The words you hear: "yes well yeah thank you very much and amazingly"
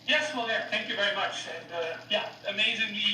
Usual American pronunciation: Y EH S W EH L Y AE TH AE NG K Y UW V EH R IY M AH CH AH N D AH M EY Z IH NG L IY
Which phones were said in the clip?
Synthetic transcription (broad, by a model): Y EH S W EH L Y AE TH AE NG K Y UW V EH R IY M AH CH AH N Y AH M EY Z IH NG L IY